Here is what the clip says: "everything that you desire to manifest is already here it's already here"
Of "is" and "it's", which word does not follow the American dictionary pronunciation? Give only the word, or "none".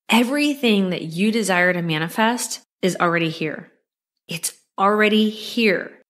none